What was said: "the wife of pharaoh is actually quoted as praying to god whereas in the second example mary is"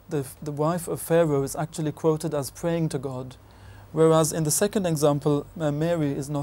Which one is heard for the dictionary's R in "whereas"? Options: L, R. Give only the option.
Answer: R